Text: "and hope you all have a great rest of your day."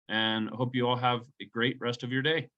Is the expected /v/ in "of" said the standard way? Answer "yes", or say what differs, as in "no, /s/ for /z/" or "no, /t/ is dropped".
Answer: yes